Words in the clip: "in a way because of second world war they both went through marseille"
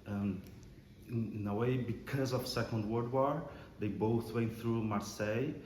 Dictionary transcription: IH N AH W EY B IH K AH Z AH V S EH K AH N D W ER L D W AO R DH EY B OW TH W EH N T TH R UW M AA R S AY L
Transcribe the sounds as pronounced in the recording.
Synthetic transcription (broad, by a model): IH N AH W EY B IH K AH Z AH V S EH K AH N D W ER D W AO R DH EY B OW TH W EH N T TH R UW M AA R S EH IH